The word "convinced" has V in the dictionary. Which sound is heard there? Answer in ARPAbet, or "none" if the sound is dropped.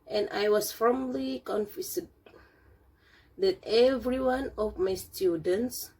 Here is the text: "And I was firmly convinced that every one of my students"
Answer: F